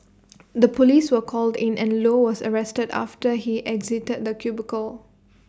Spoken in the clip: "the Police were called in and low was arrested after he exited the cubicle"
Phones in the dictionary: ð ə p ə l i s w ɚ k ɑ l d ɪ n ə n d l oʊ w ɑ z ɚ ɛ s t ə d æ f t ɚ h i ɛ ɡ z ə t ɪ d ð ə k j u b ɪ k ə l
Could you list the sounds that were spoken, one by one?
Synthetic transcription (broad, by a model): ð ə p ə l i s w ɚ k ɑ l d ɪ n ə n l oʊ w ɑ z ɚ ɛ s t ə d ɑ f t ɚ h i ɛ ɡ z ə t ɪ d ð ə k j u b ɪ k ə l